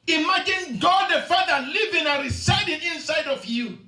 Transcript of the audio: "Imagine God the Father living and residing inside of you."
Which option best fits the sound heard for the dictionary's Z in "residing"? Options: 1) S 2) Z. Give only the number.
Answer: 1